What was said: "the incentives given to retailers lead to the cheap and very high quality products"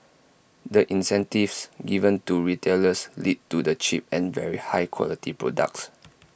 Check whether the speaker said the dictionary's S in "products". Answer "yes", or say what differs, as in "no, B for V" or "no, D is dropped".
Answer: yes